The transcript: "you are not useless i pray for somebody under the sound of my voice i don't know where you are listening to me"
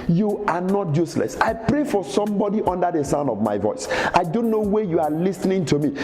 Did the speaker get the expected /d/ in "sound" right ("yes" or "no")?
yes